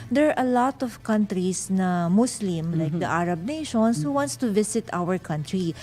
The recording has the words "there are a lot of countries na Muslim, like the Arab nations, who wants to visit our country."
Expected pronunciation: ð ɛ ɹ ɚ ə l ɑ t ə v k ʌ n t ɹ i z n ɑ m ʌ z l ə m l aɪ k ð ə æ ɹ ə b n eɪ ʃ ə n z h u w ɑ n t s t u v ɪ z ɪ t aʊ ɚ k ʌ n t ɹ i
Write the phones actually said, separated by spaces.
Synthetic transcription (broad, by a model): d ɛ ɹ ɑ ə l ɑ t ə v k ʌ n t ɹ i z n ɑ m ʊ s l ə m l aɪ k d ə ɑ ɹ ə b n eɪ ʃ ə n s h u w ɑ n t s t u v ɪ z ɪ t aʊ ɚ k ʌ n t ɹ i